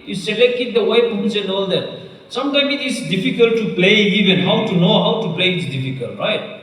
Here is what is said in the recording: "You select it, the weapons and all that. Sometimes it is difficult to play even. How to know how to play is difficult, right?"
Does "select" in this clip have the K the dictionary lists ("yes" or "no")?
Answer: yes